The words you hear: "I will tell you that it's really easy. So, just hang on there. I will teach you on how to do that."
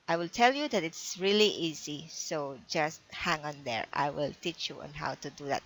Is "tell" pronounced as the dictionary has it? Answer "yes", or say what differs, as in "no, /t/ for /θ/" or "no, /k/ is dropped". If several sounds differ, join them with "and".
yes